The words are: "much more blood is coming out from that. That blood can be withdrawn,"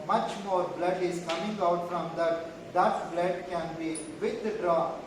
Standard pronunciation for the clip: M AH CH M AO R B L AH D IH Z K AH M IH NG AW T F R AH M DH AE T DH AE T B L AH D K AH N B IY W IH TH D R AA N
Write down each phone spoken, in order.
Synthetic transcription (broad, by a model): M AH CH M AO R B L AH D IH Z K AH M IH NG AW T F R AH M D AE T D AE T B L AH D K AH N B IY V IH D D R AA